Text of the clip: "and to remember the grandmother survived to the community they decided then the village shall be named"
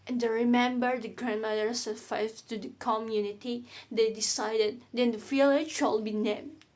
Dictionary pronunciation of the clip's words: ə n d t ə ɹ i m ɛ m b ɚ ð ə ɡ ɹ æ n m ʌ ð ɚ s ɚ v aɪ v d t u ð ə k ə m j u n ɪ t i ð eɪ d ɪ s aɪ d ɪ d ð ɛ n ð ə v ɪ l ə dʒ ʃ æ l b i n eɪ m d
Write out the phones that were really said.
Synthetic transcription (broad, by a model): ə n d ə ɹ i m ɛ m b ɚ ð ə ɡ ɹ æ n m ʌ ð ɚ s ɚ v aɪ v t u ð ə k ə m j u n ɪ t i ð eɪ d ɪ s aɪ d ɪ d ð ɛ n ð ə f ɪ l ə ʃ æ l b i n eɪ m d